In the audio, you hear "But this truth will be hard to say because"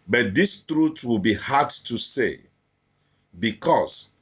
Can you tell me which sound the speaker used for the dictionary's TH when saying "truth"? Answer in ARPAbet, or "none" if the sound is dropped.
T